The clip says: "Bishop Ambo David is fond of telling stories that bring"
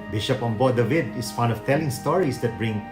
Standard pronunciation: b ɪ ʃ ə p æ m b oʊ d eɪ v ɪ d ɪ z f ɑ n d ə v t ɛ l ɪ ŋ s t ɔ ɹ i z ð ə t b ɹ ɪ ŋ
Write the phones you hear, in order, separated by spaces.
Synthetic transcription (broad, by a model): b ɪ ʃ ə p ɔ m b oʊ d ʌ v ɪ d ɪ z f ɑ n ə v t ɛ l ɪ ŋ s t ɔ ɹ i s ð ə t b ɹ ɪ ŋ